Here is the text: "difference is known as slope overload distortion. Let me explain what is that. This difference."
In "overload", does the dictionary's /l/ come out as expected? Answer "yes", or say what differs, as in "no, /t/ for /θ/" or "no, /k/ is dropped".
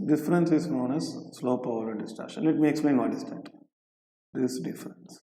no, /l/ is dropped